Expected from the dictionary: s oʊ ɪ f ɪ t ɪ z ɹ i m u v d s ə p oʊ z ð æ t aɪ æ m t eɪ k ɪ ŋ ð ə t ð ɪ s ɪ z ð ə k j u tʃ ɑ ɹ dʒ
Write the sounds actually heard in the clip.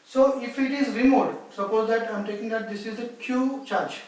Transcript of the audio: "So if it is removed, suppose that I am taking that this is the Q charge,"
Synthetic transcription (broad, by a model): s oʊ ɪ f ɪ t ɪ z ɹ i m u d s ə p oʊ z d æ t aɪ m t eɪ k ɪ ŋ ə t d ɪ s ɪ z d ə k j u tʃ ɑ ɹ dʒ